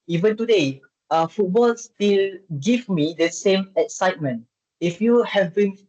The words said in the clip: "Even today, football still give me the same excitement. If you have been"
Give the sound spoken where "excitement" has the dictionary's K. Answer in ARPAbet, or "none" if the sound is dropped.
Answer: K